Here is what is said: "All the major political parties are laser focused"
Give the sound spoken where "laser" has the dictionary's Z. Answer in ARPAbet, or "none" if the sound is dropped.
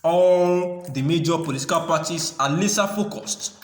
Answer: S